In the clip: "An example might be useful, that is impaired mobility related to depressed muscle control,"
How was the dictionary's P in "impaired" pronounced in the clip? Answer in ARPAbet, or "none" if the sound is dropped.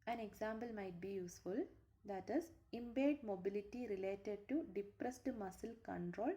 B